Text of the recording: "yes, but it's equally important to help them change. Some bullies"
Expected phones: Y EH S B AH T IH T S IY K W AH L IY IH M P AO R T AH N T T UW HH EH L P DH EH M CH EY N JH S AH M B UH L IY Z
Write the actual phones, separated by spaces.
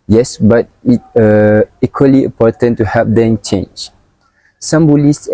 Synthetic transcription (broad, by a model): Y EH S B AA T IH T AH IY K W AH L IY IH M P AO T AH N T T UW HH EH P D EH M CH EY N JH S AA M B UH L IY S